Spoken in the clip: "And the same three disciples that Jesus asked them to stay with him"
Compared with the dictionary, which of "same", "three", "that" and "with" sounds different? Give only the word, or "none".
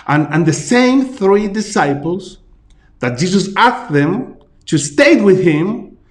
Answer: none